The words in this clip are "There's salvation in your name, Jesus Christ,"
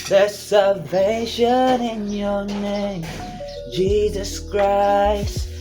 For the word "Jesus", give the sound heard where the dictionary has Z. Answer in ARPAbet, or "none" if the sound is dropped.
Z